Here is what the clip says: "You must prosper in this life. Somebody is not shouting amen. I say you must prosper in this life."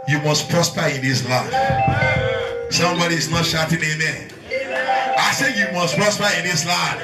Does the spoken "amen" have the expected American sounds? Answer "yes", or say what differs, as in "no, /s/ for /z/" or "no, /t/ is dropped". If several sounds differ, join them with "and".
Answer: no, /n/ is dropped